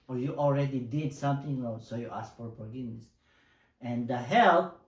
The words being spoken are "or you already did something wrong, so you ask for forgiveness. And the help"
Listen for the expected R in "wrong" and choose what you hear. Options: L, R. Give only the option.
L